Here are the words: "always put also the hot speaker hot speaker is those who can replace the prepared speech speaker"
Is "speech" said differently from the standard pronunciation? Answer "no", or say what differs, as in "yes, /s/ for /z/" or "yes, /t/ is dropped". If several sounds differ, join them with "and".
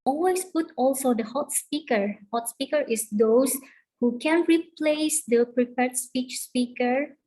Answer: no